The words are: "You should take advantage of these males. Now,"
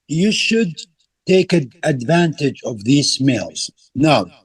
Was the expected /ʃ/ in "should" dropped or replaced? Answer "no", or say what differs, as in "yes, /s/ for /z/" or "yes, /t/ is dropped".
no